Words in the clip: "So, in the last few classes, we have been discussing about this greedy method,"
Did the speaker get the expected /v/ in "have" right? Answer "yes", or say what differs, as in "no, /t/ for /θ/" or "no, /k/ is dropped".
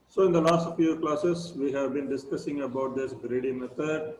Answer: yes